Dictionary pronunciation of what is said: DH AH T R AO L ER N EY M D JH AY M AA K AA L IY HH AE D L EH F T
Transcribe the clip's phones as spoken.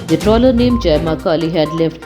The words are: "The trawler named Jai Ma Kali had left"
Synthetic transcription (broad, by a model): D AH T R AO L ER N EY M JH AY M AA K AA L IY HH AE D L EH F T